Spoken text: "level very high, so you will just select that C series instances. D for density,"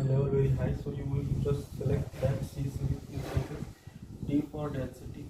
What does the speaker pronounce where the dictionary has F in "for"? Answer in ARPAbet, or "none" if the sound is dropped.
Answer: P